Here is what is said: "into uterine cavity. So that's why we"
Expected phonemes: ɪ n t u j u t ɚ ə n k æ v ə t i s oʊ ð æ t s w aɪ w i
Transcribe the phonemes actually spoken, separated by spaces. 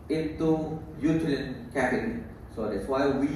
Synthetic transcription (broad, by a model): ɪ n t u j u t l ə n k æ p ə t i s oʊ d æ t s w aɪ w i